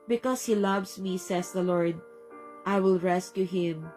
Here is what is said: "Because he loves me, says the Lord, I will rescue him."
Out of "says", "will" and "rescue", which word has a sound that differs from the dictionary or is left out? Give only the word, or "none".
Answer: says